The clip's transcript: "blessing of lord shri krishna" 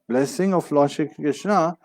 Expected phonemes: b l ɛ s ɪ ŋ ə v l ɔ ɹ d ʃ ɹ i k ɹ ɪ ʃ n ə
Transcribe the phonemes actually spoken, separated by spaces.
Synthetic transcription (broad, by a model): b l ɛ s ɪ ŋ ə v l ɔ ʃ i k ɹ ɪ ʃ n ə